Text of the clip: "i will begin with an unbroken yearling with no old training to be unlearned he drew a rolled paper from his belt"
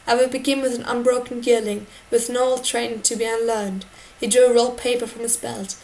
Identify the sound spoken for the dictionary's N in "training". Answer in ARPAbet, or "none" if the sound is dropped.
none